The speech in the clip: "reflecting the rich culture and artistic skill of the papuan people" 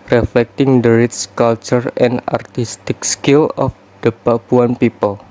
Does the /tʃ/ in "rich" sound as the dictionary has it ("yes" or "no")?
no